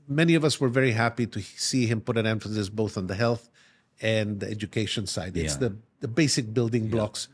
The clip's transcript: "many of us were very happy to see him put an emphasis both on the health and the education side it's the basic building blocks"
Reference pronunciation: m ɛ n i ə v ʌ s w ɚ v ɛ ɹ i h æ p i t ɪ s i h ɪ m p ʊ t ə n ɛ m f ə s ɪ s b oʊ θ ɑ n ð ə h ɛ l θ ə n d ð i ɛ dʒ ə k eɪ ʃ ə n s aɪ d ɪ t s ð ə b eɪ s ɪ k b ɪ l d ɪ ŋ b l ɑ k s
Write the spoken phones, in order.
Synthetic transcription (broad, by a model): m ɛ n i ə v ʌ s w ɚ v ɛ ɹ i h æ p i t ɪ s i h ɪ m p ʊ t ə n ɛ m f ə s ɪ s b oʊ θ n ð ə h ɛ l θ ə n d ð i ɛ dʒ ə k eɪ ʃ ə n s aɪ d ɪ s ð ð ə b eɪ s ɪ k b ɪ l d ɪ ŋ b l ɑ k s